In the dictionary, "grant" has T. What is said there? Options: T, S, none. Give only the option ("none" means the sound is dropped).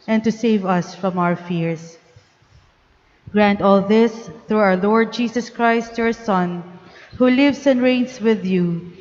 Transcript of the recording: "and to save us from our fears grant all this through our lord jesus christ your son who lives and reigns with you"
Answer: T